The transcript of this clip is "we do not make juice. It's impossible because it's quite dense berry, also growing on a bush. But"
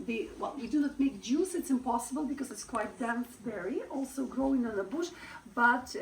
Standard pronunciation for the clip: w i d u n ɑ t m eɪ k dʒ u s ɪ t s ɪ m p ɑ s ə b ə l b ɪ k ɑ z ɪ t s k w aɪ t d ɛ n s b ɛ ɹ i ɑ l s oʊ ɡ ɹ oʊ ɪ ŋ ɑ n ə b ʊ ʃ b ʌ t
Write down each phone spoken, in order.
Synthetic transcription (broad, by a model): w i d u n ɑ t m eɪ k dʒ u s ɪ t s ɪ m p ɑ s ə b ə l b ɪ k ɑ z ɪ t s k w aɪ t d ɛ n s b ɛ ɹ i ɑ l s oʊ ɡ ɹ oʊ ɪ ŋ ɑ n ə b ʊ ʃ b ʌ t